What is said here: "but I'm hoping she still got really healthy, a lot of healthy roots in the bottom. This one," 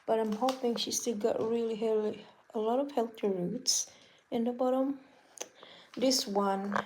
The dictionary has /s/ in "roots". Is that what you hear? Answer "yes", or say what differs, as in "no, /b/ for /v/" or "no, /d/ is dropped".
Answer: yes